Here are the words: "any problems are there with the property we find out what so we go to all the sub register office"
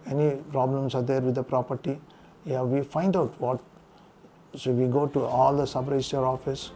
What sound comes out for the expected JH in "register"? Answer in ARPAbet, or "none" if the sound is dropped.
none